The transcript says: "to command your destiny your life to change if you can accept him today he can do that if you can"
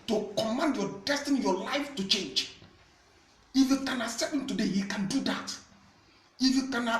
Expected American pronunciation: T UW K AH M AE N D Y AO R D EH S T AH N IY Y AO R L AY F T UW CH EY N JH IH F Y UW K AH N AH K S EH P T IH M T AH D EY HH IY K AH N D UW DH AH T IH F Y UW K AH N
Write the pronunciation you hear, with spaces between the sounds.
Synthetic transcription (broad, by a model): T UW K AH M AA N D Y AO D EH S T AH N IY Y AO L AY F T UW CH EY N JH IH F Y UW K AH N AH S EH T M T AH D EY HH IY K AH N D UW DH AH T IH F Y UW K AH N